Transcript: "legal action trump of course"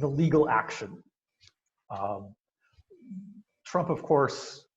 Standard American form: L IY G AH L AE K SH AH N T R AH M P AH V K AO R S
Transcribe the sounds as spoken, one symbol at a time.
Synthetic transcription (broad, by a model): L IY G L AE K SH AH N T R AH M P AH V K AO R S